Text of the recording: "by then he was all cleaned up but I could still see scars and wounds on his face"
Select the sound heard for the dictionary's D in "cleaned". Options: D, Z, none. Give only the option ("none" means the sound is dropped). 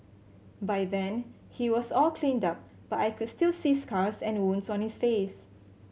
D